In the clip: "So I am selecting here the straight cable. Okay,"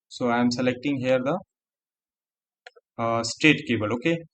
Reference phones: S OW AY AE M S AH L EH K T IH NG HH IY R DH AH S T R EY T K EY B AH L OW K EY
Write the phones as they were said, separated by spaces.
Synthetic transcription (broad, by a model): S OW AY M S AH L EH K T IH NG HH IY R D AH S T EY T K EY B AH L OW K EY